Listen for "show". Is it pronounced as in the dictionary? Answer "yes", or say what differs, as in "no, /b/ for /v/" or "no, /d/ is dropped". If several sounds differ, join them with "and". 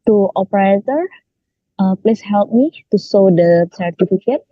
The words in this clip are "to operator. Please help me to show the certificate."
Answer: no, /s/ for /ʃ/